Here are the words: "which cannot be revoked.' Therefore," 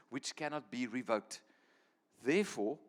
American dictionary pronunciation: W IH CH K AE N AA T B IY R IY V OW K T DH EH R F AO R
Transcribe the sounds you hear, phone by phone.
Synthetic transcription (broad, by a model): W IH CH K AE N AA T B IY R IY V OW K T DH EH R F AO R